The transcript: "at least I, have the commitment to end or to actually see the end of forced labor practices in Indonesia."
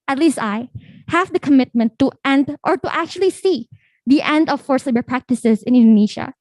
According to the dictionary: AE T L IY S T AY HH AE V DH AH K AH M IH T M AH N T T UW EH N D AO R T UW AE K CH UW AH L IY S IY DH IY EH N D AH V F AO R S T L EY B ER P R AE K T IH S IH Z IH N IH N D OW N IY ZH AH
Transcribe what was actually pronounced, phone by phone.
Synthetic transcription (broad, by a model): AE T L IY S T AY HH AE V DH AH K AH M IH T M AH N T T UW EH N D AO R T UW AE K CH UW AH L IY S IY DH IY EH N D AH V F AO R S L EY B ER P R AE K T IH S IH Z IH N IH N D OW N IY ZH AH